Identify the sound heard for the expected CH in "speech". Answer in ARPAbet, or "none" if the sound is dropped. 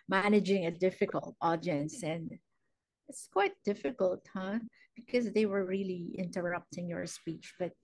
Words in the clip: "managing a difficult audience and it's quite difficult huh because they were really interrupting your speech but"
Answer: CH